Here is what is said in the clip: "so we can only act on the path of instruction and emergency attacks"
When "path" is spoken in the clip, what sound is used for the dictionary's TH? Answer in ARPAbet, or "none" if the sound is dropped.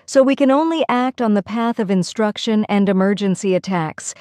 TH